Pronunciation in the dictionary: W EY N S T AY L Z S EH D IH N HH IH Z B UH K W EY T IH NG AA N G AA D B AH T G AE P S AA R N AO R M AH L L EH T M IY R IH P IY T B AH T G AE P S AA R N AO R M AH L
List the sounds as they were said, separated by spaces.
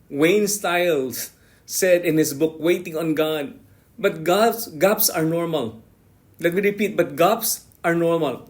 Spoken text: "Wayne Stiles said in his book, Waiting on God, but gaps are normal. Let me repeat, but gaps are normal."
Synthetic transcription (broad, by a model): W EY N S T AY L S S EH D IH N HH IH S B UH K W EY T IH NG AA N G AA D B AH T G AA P S AA R N AO R M AH L L EH T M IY R IH P IY T B AH T G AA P S AA R N AO R M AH L